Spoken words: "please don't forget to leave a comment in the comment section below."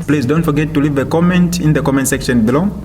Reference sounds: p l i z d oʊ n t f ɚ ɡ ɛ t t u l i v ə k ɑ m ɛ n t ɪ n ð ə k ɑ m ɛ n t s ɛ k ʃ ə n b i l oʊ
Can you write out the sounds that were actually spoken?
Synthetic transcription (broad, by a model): p l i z d oʊ n t f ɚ ɡ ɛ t t u l i v ə k ɑ m ɛ n t ɪ n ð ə k ɑ m ɛ n t s ɛ k ʃ ə n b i l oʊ